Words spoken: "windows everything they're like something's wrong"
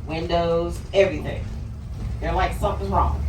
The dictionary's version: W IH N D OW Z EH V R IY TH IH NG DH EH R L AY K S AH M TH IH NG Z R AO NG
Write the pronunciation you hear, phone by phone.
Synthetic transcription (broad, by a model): W IH N D OW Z EH V R IY TH IH NG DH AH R L AY K S AH M TH IH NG R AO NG